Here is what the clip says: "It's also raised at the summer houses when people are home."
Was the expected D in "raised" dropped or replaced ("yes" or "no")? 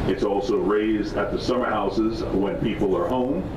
no